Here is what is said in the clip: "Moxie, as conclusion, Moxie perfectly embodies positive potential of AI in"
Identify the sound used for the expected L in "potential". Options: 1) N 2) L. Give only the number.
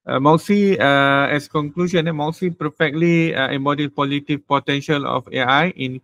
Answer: 2